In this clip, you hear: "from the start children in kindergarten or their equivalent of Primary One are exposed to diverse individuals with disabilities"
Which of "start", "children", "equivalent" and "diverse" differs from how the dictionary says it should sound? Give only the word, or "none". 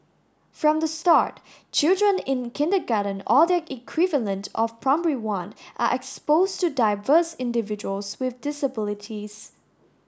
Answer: none